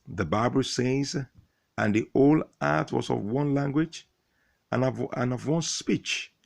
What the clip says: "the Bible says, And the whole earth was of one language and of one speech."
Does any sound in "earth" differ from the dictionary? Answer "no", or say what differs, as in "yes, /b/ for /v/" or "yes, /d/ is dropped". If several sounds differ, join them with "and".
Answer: yes, /t/ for /θ/